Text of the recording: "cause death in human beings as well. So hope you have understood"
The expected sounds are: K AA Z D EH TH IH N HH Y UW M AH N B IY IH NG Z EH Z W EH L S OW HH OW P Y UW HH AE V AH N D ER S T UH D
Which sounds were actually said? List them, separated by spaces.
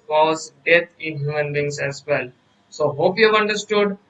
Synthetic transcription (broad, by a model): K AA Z D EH T IH N HH Y UW M AH N B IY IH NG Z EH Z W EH L S OW HH OW P Y UW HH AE V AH N D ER S T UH D